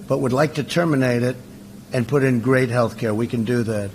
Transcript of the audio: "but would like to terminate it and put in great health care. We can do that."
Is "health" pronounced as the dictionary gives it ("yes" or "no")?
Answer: yes